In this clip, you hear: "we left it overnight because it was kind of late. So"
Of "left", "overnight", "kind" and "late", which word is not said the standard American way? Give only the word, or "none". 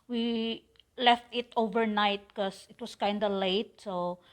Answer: none